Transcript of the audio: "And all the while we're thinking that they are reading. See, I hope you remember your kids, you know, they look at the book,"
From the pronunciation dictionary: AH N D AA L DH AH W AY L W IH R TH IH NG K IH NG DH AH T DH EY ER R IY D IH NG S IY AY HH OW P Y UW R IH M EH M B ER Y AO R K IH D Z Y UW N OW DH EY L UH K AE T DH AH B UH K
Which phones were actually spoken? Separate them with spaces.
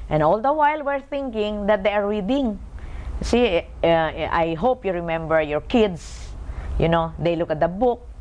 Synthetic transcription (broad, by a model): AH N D AA L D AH W AY L W IH R TH IH NG K IH NG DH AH T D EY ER R IY D IH NG S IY AY HH OW P Y UW R IH M EH M B ER Y AO R K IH D S Y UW N OW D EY L UH K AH T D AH B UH K